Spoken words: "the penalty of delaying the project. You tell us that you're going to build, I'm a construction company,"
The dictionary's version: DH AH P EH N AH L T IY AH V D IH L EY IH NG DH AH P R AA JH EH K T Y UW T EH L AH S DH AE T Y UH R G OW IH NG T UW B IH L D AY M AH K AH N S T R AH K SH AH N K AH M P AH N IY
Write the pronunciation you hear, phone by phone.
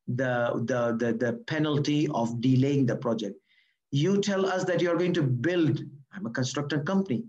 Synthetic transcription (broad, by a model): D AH P EH N AH L T IY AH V D IH L EY IH NG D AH P R AA JH EH K T Y UW T EH L AH S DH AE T Y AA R G OW IH NG T UW B IH L D AY M AH K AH N S T R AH K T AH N K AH M P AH N IY